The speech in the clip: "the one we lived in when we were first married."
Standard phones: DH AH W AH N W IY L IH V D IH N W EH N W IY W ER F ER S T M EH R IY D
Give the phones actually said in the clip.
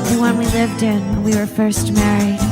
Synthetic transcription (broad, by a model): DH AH W AH N W IY L IH V D IH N N W IY W ER F ER S T M EH R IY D